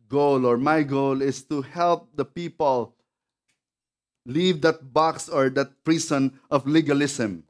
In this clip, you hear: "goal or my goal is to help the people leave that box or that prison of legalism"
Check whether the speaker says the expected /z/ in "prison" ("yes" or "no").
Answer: no